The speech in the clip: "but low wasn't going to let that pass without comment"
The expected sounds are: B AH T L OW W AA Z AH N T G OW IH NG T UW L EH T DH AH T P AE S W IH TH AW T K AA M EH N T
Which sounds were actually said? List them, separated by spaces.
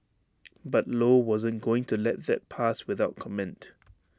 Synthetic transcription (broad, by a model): B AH T L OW W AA Z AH N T G OW IH NG T UW L EH T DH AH T P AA S W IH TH AW T K AA M EH N T